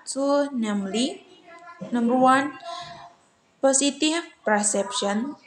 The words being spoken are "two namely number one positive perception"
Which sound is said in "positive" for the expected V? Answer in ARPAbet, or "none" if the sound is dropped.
F